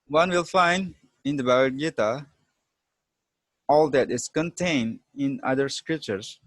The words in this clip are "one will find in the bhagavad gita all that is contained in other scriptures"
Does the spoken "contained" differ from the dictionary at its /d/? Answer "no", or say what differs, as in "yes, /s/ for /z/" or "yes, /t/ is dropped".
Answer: no